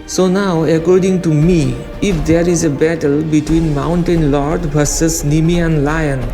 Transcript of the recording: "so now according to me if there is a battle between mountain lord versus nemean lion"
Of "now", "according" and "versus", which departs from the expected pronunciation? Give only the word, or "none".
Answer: versus